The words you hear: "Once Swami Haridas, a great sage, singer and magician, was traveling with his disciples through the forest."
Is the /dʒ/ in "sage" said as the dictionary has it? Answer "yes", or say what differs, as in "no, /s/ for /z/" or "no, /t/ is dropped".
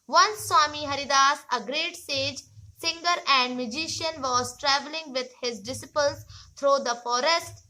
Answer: yes